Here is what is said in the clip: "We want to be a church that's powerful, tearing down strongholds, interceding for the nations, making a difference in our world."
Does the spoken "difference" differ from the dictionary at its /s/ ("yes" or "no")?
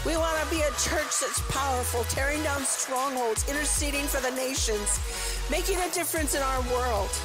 no